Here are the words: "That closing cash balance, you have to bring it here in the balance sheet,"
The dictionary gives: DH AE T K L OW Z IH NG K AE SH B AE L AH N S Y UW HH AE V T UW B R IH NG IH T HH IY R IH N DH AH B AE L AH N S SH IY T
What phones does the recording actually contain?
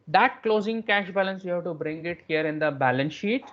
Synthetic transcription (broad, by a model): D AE T K L OW Z IH NG K AE SH B AE L AH N S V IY HH AE V T UW B R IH NG IH T HH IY R IH N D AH B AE L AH N SH SH IY T